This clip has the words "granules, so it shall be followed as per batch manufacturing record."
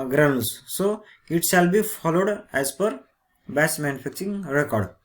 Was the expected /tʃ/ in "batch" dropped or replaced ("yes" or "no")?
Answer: yes